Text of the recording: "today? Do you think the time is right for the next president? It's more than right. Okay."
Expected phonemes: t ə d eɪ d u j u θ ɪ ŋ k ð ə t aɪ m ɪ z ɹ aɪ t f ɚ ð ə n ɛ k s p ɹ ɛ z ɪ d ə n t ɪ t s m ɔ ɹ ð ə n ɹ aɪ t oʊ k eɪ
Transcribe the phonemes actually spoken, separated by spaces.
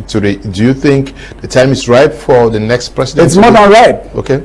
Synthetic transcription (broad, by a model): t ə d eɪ d u j u θ ɪ ŋ k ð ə t aɪ m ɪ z ɹ aɪ t f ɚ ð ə n ɛ k s p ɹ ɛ s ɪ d ɪ t s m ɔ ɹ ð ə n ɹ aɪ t oʊ k eɪ